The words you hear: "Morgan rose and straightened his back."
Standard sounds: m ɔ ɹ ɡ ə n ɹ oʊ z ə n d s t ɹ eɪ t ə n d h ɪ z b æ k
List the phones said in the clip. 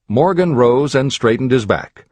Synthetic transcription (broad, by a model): m ɔ ɹ ɡ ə n ɹ oʊ z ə n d s t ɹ eɪ t n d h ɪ z b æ k